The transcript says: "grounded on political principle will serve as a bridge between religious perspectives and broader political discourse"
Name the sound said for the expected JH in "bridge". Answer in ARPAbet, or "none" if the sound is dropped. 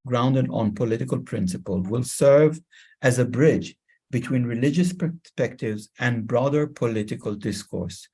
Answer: JH